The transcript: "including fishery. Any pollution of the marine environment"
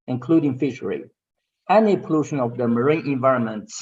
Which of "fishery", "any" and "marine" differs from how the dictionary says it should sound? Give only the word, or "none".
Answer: none